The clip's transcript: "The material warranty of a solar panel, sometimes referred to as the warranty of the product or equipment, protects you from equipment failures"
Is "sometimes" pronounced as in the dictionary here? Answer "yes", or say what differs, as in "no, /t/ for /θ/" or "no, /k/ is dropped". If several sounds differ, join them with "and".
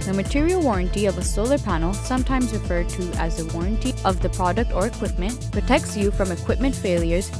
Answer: yes